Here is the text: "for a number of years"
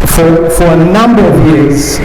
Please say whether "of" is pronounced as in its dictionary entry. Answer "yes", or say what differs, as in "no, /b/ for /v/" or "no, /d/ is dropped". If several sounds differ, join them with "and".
yes